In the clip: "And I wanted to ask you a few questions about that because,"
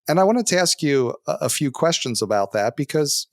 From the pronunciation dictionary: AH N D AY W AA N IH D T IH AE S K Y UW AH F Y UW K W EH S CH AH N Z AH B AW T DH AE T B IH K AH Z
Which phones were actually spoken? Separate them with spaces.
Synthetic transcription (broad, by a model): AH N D AY W AA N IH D T IH AE S K Y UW AH F Y UW K W EH S CH AH N Z AH B AW T DH AE T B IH K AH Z